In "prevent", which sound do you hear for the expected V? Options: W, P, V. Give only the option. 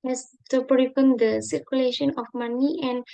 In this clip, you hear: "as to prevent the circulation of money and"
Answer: P